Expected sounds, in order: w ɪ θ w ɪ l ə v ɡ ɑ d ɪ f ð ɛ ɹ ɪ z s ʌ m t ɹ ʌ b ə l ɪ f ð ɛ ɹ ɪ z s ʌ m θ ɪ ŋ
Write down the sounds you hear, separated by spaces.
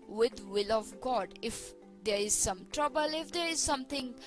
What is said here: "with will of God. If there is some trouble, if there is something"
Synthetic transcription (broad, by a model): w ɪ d w ɪ l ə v ɡ ɑ d ɪ f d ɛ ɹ ɪ z s ʌ m t ɹ ʌ b ə l ɪ f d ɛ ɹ ɪ z s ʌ m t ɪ ŋ